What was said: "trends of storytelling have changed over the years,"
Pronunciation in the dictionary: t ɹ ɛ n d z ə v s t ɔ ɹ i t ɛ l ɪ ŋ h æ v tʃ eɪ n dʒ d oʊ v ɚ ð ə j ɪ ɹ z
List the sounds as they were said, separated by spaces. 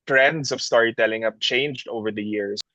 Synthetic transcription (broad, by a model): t ɹ ɛ n d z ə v s t ɔ ɹ i t ɛ l ɪ ŋ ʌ p tʃ eɪ n dʒ d oʊ v ɚ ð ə j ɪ ɹ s